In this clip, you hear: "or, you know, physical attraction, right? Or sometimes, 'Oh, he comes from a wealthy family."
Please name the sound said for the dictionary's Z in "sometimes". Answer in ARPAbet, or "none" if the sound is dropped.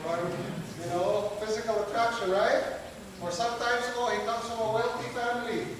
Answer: S